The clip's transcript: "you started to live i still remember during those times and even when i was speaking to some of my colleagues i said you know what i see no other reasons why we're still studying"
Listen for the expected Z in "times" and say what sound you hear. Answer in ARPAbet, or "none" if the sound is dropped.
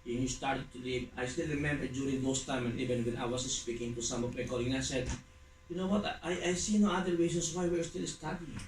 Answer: none